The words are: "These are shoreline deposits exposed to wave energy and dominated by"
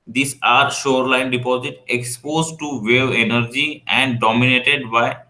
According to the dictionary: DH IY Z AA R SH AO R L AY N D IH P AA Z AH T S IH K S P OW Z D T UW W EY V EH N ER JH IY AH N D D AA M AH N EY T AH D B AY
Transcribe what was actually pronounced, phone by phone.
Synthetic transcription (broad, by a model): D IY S AA R SH AO R L AY N D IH P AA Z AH T IH K S P OW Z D T UW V EY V EH N ER JH IY AH N D D AA M AH N EY T AH D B AY